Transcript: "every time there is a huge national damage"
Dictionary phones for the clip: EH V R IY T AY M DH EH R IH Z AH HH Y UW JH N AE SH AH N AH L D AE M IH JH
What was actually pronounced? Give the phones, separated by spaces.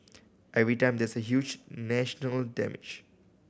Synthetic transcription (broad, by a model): EH V R IY T AY M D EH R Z AH HH Y UW JH N AE SH AH N AH L D AE M IH JH